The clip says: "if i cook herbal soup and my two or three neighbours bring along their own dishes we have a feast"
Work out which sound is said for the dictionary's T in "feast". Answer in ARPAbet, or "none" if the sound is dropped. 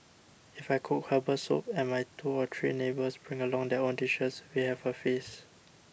none